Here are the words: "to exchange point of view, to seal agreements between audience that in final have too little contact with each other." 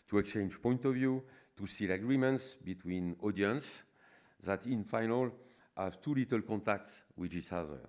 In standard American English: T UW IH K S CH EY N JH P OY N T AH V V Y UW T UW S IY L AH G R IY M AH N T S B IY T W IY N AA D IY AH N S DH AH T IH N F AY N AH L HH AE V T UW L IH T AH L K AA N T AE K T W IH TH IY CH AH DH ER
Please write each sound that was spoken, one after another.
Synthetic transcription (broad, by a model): T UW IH K S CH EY N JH P OY N T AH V V Y UW T UW S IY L AH G R IY M AH N T S B IY T W IY N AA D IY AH N S DH AH T IH N F AY N AH L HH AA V T UW L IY T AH L K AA N T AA K T W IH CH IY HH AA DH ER